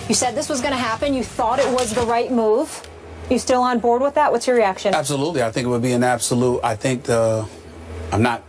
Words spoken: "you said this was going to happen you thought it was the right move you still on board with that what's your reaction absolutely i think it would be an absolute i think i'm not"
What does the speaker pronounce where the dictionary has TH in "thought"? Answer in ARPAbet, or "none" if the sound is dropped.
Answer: TH